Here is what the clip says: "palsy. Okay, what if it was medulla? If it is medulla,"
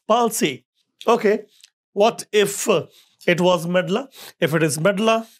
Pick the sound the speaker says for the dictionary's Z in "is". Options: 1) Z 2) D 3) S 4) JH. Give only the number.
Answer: 1